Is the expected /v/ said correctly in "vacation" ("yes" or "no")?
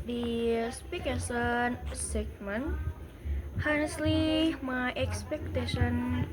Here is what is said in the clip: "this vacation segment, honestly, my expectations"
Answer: no